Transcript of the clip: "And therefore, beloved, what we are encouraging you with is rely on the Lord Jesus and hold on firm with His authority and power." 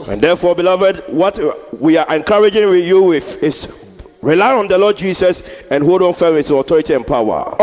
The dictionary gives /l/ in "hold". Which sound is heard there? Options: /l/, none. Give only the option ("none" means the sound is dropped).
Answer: none